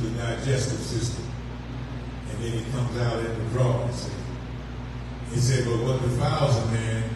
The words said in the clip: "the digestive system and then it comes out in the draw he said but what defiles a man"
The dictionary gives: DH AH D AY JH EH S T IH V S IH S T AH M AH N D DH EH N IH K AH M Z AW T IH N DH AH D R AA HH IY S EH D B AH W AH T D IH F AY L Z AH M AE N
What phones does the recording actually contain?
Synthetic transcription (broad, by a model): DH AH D AY JH EH S T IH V S IH S T AH M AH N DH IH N IH K AH M Z AW T IH N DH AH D R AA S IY S EH D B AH W AH T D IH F AY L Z AH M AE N